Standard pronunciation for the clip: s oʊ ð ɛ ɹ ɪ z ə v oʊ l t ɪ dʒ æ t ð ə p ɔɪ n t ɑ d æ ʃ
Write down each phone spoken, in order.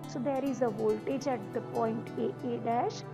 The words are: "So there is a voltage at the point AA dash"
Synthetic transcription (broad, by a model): s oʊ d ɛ ɹ ɪ z ə v oʊ l t ɪ dʒ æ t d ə p ɔɪ n t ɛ d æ ʃ